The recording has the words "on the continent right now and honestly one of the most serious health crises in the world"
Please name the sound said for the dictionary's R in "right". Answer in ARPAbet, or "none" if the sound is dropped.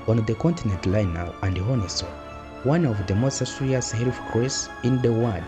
L